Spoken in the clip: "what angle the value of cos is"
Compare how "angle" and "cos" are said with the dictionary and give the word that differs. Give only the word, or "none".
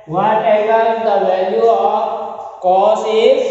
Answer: angle